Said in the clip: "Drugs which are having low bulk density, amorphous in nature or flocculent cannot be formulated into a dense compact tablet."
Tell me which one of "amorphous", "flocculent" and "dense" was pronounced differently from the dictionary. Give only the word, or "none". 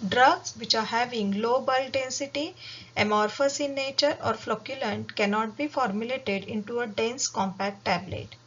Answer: none